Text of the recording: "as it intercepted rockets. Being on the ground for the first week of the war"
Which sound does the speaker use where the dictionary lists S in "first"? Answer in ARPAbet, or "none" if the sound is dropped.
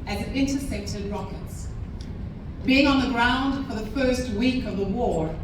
S